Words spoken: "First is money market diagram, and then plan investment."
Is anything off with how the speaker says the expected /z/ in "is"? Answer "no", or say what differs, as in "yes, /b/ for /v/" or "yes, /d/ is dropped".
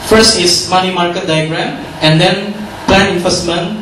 yes, /s/ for /z/